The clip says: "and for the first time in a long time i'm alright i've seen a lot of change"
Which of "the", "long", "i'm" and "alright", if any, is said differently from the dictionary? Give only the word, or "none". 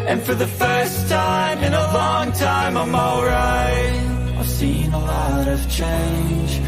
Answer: alright